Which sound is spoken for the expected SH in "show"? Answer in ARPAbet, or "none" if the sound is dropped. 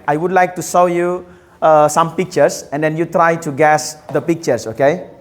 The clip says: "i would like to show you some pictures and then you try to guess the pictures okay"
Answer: S